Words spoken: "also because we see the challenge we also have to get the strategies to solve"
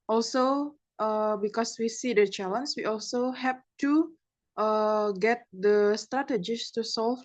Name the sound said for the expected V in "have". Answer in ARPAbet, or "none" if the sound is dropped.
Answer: P